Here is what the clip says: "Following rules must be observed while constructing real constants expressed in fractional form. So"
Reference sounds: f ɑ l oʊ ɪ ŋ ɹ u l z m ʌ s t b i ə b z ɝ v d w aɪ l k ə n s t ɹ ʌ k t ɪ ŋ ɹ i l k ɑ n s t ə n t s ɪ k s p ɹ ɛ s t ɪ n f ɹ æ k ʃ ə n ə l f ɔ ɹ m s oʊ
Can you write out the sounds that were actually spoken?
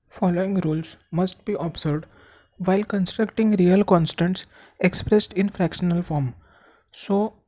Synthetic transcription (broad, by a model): f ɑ l oʊ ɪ ŋ ɹ u l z m ʌ s t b i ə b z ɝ d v aɪ l k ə n s t ɹ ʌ k t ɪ ŋ ɹ i l k ɑ n s t ə n t s ɪ k s p ɹ ɛ s t ɪ n f ɹ æ k ʃ ə n ə l f ɔ ɹ m s oʊ